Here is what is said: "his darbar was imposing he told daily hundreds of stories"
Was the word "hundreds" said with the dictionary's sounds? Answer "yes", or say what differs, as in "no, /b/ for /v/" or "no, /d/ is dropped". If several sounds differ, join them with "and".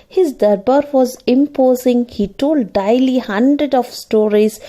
no, /z/ is dropped